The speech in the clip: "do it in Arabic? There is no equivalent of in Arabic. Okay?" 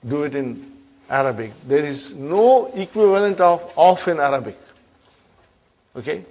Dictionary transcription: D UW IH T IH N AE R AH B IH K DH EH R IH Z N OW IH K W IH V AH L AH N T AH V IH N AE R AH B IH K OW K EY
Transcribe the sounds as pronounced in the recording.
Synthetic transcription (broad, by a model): D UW IH T IH N AE R AH B IH K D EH R IH Z N OW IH K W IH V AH L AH N T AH F IH N AE R AH B IH K OW K EY